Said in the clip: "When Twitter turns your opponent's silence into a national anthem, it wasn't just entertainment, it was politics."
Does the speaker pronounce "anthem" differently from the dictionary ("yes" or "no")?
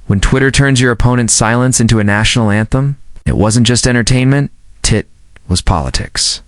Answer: no